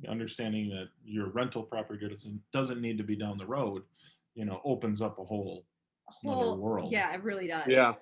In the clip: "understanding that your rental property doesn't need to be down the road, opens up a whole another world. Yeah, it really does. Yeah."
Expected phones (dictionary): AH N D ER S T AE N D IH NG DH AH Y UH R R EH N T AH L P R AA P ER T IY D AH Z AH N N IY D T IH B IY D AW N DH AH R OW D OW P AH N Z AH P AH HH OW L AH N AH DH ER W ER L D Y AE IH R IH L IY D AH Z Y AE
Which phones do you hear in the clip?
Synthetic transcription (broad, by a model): AH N D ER S T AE N D IH NG DH AH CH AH R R EH N T L P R AA P ER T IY D AH Z AH N N IY D T IH B IY D AW N DH AH R OW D OW P AH N Z AH P AH HH OW L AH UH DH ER W ER L D Y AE IH R IH L IY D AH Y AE